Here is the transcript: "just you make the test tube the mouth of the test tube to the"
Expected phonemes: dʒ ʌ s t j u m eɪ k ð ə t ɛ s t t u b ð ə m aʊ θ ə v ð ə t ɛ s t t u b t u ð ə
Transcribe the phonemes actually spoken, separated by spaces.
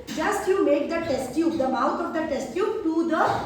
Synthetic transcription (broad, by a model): dʒ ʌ s t j u m eɪ k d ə t ɛ s t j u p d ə m aʊ t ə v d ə t ɛ s t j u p t u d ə